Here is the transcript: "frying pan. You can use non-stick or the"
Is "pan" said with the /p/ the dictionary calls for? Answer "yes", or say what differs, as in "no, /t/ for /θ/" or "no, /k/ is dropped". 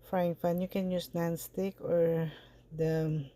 no, /f/ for /p/